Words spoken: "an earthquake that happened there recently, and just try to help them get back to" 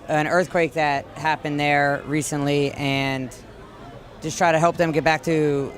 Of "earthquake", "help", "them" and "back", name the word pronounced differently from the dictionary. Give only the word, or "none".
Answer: none